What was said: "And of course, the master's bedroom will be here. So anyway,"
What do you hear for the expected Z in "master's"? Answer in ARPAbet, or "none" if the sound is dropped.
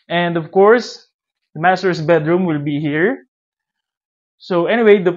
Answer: S